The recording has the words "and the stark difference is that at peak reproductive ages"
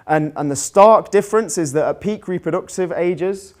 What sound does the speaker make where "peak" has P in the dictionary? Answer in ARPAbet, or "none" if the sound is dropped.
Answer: P